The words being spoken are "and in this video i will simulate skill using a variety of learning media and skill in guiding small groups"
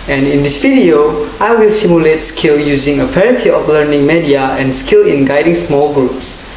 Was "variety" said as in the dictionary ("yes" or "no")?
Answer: no